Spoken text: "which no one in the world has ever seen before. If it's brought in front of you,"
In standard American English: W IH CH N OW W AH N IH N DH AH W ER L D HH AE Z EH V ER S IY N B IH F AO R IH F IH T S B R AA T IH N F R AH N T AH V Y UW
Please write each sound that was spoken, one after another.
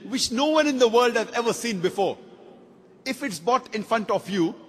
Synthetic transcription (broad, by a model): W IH CH N OW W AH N IH N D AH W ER L D HH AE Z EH V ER S IY N B IH F AO R IH F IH T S B AA T IH N F R AH N T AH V Y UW